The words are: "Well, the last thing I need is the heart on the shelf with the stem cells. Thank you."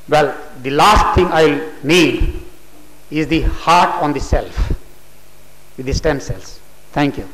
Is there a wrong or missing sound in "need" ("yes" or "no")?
yes